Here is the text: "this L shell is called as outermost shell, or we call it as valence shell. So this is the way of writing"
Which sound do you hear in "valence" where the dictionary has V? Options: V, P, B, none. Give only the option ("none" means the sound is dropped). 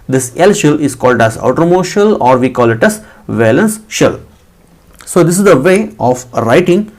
V